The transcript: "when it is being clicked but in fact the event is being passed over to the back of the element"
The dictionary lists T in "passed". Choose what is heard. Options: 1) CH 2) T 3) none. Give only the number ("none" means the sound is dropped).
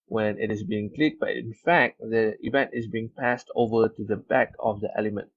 2